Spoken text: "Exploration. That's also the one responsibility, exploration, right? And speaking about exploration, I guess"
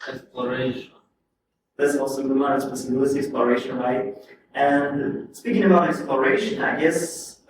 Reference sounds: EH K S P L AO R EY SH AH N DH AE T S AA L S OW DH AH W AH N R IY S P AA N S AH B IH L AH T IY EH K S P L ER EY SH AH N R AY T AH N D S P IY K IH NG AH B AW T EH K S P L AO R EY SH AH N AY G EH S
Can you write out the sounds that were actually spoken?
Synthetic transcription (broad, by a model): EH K S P L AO R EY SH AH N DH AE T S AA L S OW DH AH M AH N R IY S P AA S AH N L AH S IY EH K S P L ER EY SH AH N R AY T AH N S P IY K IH NG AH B AW T EH K S P L AO R EY SH AH N AY G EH S